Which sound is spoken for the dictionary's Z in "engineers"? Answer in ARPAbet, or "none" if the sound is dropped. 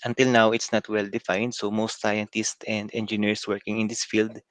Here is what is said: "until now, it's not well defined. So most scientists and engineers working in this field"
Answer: S